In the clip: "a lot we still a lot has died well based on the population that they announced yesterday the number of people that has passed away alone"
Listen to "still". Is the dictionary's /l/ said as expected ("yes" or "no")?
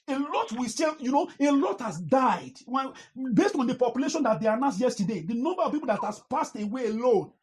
no